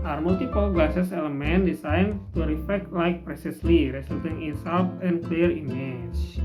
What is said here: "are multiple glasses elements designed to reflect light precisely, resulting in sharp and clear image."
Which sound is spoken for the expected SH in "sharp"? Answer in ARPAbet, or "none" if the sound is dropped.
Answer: S